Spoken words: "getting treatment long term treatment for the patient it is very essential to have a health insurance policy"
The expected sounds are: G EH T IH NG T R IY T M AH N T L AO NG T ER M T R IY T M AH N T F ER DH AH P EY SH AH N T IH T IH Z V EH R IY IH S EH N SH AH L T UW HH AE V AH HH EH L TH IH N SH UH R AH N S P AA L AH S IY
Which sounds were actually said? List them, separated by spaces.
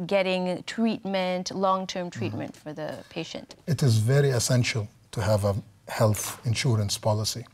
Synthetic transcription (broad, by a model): G EH T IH NG T R IY T M AH N T L AO NG T ER M T R IY T M AH N T F ER DH AH P EY SH AH N T IH T IH Z V EH R IY IH S EH N SH AH L T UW HH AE V AH HH EH L TH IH N SH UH R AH N S P AA L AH S IY